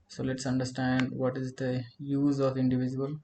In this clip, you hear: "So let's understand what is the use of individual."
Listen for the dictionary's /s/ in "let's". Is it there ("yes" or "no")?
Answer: yes